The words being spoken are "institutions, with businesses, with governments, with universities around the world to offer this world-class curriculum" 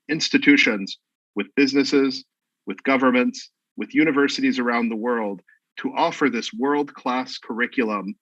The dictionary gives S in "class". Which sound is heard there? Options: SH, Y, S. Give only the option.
S